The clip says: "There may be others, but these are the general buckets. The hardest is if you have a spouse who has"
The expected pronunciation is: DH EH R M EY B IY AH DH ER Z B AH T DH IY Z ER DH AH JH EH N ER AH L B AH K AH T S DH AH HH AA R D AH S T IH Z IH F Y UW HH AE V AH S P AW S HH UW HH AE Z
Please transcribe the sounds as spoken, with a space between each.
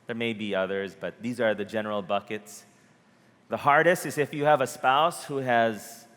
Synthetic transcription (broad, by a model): DH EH R M EY B IY AH DH ER Z B AH T DH IY Z ER DH AH JH EH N ER L B AH K AH T S DH AH HH AA R D AH S T IH Z IH F Y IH V AH S P AW S HH UW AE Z